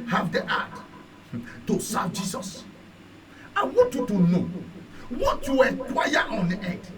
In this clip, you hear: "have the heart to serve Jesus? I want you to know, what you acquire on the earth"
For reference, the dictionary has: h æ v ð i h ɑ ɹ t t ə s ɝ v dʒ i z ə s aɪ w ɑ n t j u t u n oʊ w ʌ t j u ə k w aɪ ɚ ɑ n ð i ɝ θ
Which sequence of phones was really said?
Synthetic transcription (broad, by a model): h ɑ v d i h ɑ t t ə s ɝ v dʒ i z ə s aɪ w ɑ n t j u t u n oʊ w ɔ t j u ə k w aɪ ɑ ɑ n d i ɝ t